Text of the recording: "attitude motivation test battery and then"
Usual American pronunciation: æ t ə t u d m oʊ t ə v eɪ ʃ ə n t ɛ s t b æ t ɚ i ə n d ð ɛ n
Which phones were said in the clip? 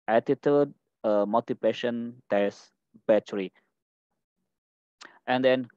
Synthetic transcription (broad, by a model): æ t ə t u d m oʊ t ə p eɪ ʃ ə n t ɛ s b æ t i ə n d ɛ n